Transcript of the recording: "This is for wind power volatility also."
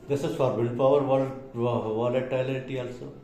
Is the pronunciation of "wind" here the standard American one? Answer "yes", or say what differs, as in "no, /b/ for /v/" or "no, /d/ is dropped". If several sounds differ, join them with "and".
no, /l/ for /n/